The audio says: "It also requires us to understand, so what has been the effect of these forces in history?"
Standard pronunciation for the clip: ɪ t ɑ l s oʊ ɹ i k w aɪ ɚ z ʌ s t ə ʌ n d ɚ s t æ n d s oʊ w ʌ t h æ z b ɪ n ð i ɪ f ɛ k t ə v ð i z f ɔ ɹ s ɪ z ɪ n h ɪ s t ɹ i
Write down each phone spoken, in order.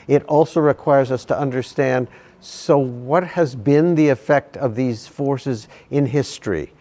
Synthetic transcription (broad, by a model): ɪ t ɑ l s oʊ ɹ i k w aɪ ɚ z ʌ s t ə ʌ n d ɚ s t æ n d s oʊ w ʌ t h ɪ z b ɪ n ð i ɪ f ɛ k t ə v ð i z f ɔ ɹ s ɪ z ɪ n h ɪ s t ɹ i